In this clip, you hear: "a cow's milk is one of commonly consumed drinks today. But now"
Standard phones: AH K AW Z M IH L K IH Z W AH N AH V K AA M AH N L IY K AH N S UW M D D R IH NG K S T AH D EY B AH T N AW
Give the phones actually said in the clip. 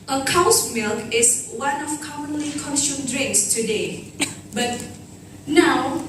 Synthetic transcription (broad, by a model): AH K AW S M IH L K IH S W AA N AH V K AA M AH N L IY K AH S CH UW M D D R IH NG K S T AH D EY B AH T N AW